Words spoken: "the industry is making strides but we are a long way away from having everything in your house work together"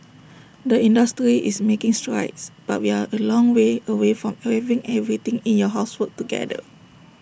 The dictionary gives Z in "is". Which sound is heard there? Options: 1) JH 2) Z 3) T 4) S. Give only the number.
4